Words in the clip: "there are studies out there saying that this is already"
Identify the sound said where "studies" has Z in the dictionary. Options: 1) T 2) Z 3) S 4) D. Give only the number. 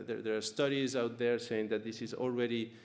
2